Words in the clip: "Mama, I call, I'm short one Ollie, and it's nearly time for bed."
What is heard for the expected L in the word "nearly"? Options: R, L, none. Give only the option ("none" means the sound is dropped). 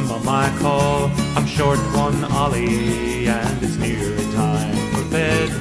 none